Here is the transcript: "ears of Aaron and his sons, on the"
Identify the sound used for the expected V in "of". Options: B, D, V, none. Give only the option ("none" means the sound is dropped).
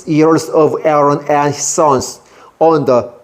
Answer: V